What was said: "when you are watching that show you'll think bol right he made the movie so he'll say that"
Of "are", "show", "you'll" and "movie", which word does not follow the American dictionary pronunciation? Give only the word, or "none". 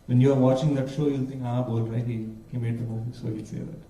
movie